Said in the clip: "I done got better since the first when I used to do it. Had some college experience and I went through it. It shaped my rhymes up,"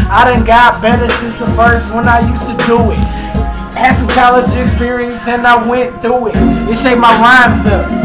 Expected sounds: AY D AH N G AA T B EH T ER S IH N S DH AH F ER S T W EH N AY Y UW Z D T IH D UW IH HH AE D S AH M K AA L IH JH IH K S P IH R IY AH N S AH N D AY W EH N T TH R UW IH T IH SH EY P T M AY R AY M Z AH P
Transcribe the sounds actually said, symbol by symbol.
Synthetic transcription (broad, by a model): AY D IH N G AA T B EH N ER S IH S DH AH F ER S T W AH N AY Y UW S T IH D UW IH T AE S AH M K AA L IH Z IH K S P IH R IY AH N S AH N AY W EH N TH R UW IH T IH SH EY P M AY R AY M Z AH